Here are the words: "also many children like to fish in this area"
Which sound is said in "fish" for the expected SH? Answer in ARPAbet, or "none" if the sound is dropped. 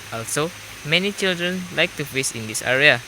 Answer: S